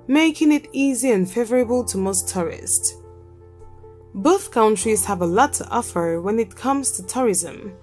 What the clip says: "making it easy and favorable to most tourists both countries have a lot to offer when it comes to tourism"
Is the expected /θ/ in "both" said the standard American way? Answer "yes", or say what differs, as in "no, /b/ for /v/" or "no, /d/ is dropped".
yes